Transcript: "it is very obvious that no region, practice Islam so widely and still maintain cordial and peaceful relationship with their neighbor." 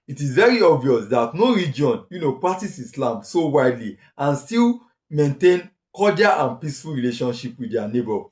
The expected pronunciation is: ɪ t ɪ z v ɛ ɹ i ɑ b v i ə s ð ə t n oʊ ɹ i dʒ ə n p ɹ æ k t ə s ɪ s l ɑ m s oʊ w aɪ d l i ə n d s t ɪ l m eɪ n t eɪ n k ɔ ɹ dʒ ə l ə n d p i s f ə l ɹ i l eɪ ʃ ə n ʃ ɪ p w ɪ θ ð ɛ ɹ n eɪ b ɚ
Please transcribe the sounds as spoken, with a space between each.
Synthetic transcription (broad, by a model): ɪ t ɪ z v ɛ ɹ i ɑ b v i ə s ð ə t n oʊ ɹ i dʒ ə n p ɹ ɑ k t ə s ɪ s l ɑ m s oʊ w aɪ d l i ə n s t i l m eɪ n t eɪ n k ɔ dʒ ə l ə n p i s f ə l ɹ i l eɪ ʃ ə n ʃ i p w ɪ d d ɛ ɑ n eɪ b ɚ